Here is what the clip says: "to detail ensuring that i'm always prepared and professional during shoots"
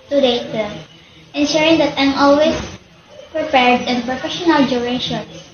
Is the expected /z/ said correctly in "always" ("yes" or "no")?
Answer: no